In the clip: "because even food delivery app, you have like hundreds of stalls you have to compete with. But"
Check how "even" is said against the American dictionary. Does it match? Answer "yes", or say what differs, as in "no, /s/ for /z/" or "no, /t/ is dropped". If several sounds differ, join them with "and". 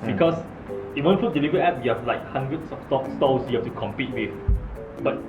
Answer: no, /v/ is dropped